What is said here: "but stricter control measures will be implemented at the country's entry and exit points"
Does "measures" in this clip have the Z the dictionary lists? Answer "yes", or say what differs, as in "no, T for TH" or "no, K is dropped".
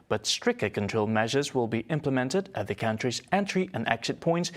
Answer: yes